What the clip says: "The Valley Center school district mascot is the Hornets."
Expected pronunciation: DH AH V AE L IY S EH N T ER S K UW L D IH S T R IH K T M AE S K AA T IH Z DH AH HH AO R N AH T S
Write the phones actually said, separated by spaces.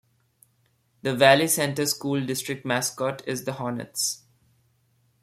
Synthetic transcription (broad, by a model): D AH V AE L IY S EH N T ER S K UW L D IH S T R IH K T M AE S K AA T IH Z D AH HH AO N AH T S